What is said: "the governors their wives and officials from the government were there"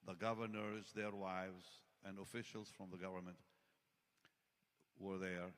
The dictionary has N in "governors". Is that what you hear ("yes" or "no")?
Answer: yes